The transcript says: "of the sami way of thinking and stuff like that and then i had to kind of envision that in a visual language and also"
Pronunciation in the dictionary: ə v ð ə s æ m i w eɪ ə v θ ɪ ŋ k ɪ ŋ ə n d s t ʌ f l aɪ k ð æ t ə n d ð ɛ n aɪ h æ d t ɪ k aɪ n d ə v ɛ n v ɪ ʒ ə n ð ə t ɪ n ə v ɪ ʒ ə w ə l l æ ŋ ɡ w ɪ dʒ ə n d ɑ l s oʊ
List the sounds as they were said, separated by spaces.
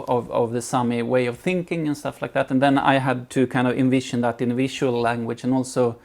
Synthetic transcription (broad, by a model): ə v ð ə s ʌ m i w eɪ ə v θ ɪ ŋ k ɪ ŋ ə n s t ʌ f l aɪ k ð æ t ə n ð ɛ n aɪ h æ d t ɪ k aɪ n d ə v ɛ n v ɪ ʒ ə n ð ə t ɪ n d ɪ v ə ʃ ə l l æ ŋ ɡ w ɪ dʒ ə n ɑ l s oʊ